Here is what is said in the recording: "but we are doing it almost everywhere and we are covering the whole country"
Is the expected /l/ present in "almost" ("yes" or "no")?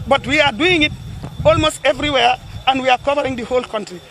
yes